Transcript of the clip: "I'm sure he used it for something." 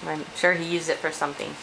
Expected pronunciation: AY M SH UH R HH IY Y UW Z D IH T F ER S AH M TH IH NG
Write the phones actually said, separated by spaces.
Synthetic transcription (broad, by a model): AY M SH UH R HH IY Y UW Z IH T F ER S AH M TH IH NG